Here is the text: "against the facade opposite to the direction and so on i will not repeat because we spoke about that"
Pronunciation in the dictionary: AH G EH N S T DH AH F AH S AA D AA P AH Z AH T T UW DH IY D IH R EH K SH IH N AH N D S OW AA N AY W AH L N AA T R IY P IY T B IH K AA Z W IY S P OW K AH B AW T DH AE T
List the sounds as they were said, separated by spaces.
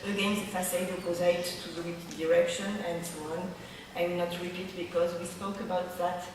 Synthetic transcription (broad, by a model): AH G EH N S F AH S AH IH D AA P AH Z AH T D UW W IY D IH R EH K SH IH N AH N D S OW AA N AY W N AA T R IY P IY T B IH K AA Z W IY S P OW K AH B AW T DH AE T